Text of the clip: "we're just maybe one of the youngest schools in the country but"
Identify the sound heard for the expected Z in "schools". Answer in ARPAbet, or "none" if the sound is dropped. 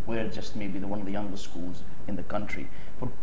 Z